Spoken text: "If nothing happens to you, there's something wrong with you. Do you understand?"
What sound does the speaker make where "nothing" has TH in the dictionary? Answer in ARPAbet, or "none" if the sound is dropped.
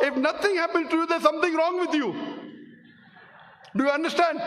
T